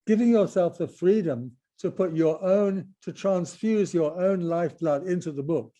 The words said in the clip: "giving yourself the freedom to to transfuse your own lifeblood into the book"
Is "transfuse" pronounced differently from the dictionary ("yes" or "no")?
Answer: no